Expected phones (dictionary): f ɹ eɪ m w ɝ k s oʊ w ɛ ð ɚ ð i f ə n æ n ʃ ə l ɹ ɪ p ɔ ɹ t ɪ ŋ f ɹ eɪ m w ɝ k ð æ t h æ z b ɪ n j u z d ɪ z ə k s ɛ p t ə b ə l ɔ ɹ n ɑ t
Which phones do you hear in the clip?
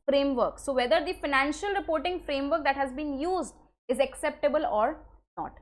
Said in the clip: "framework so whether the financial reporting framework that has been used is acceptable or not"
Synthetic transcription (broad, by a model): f ɹ eɪ m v ɝ k s oʊ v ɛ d ɚ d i f ə n æ n ʃ ə l ɹ ɪ p ɔ ɹ t ɪ ŋ f ɹ eɪ m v ɝ k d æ t h æ z b ɪ n j u z d ɪ z ə k s ɛ p t ə b ə l ɔ ɹ n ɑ t